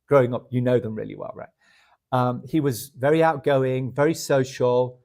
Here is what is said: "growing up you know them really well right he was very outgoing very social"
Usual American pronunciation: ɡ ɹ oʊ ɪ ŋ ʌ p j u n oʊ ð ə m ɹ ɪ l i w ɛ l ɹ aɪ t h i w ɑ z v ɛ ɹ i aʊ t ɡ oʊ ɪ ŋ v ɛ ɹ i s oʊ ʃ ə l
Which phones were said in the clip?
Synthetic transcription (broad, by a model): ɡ ɹ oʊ ɪ ŋ ʌ p j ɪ n oʊ ð ə m ɹ ɪ l i w ɛ l ɹ aɪ t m i w ɑ z v ɛ ɹ i aʊ t ɡ oʊ ɪ ŋ v ɛ ɹ i s oʊ ʃ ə l